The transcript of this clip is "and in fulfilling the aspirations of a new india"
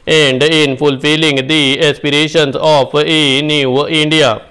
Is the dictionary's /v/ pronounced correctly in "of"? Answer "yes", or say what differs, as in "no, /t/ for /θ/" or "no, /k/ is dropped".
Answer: no, /p/ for /v/